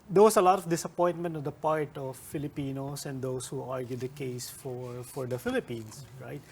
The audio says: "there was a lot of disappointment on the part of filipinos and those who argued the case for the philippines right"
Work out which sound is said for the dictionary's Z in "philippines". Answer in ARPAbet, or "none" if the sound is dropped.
S